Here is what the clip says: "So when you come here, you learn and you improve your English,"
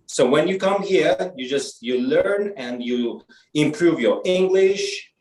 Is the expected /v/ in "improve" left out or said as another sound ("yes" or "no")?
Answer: no